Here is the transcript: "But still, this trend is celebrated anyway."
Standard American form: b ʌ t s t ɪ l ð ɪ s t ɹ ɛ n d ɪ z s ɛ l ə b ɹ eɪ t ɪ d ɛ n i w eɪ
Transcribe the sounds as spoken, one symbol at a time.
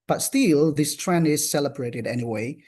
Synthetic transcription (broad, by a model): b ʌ t s t ɪ l ð ɪ s t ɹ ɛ n ɪ z s ɛ l ə b ɹ eɪ t ɪ d ɛ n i w eɪ